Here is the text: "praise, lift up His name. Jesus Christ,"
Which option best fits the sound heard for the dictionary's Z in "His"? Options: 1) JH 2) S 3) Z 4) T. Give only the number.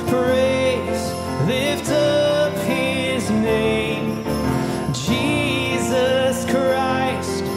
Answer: 3